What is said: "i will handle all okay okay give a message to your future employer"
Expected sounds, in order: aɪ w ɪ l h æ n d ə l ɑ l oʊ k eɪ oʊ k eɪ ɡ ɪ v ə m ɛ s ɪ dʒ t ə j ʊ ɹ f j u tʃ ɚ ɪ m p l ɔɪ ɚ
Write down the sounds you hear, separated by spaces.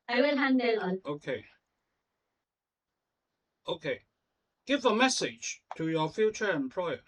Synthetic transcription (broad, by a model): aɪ w ɪ l h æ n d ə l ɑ n oʊ k eɪ oʊ k eɪ ɡ ɪ v ə m ɛ s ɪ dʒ t ə j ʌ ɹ f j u tʃ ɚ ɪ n p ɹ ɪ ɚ